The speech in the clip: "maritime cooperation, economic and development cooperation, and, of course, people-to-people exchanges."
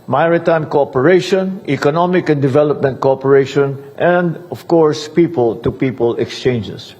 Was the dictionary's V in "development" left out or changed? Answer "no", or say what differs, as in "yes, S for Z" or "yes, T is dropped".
no